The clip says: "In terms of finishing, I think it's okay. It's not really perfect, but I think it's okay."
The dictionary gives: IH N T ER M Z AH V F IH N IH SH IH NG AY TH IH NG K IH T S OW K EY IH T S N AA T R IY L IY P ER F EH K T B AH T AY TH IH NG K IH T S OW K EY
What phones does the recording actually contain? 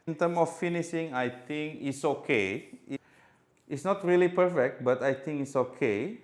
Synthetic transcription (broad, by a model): N T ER M AH F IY N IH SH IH NG AY T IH NG K IH T S OW K EY IH T S N AA T R IY L IY P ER F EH K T B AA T AY T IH NG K IH T S OW K EY